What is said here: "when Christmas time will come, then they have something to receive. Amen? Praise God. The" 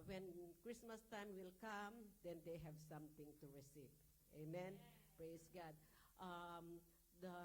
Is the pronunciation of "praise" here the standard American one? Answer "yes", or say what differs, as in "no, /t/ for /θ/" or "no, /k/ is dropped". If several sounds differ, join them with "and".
no, /s/ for /z/